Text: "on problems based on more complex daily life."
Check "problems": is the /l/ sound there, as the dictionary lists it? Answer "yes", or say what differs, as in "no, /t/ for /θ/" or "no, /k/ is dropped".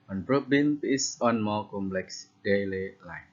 no, /l/ is dropped